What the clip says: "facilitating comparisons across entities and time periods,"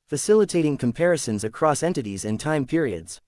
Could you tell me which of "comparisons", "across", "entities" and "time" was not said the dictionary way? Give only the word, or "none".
none